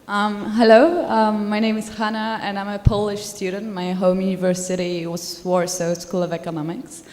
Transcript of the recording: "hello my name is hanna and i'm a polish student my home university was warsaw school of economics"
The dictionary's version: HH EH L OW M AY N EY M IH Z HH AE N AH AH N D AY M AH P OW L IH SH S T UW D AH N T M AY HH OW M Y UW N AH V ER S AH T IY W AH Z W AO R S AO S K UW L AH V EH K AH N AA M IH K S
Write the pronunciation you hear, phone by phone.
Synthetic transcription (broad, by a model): HH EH L OW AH AY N EY M IH Z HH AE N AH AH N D AY M AH P OW L IH SH S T UW D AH N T M AY HH OW M Y UW N AH V ER S AH T IY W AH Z W AO R S AO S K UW L AH V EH K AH N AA M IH K S